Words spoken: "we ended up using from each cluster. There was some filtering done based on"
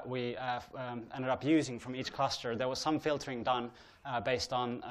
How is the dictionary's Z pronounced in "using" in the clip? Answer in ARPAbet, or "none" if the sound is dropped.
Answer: Z